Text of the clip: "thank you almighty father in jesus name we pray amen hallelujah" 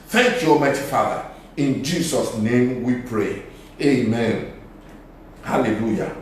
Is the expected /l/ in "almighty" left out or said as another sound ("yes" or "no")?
yes